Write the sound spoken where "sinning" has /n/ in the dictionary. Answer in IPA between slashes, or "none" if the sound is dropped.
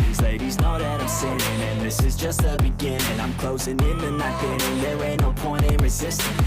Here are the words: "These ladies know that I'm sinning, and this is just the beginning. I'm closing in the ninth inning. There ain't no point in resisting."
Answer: none